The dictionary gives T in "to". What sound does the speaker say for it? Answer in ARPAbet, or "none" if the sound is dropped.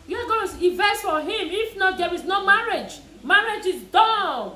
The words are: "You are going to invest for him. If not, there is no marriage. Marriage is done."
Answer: S